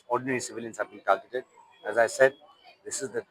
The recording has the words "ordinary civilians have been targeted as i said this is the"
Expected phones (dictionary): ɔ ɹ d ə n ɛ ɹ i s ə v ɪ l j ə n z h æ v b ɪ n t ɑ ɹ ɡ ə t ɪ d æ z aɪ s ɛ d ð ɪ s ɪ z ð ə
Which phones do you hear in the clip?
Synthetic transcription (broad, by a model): ɔ ɹ d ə n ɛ ɹ i s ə v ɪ l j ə n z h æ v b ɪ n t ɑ l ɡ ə t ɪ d æ z aɪ s ɛ d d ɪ s ɪ z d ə